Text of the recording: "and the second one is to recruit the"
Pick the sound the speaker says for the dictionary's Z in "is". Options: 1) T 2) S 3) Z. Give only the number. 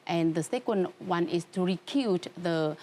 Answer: 2